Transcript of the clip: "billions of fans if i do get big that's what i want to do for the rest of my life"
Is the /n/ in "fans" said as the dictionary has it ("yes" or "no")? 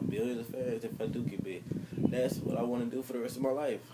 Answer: no